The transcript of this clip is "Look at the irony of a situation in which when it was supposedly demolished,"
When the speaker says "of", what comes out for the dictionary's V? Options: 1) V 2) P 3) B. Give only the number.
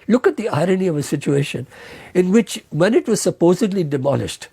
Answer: 1